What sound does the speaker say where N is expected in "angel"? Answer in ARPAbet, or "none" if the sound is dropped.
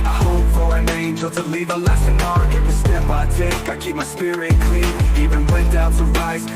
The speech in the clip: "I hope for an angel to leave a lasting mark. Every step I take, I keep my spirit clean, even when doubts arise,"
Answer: N